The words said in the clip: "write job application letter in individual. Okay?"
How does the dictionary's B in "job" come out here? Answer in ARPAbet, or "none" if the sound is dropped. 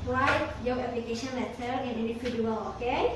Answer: none